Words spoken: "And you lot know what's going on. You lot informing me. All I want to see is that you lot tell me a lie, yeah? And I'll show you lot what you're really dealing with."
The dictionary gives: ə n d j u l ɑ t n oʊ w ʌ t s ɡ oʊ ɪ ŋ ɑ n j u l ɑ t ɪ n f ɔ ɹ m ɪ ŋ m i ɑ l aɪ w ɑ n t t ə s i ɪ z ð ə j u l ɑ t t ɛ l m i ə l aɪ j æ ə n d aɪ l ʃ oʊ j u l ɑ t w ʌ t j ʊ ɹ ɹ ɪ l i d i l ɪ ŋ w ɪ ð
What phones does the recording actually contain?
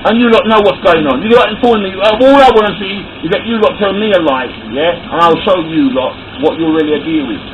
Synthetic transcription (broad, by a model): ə n j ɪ l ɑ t n oʊ w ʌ t s ɡ oʊ ɪ ŋ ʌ n j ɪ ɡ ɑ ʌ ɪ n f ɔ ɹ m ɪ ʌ ɑ l aɪ w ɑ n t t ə s i ɪ z ð ə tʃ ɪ l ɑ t t ɛ l m i ə l aɪ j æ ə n aɪ l ʃ oʊ j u l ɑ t w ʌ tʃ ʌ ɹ ɹ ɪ l i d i ɪ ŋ w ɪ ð